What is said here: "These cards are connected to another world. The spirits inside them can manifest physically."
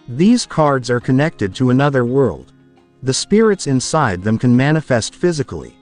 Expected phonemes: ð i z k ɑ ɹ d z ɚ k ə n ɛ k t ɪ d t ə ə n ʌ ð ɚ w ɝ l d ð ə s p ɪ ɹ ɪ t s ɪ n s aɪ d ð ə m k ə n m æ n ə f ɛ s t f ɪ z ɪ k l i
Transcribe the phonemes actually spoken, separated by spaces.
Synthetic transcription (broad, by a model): ð i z k ɑ ɹ d z ɚ k ə n ɛ k t ɪ d t ə ə n ʌ ð ɚ w ɝ l d ð ə s p ɪ ɹ ɪ t s ɪ n s aɪ d ð ə m k ə n m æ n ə f ɛ s t f ɪ z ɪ k l i